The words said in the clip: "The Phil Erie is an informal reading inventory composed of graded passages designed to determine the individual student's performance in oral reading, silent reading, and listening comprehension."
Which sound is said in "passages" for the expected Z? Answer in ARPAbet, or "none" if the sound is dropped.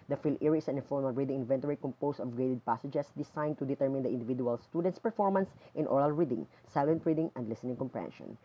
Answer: S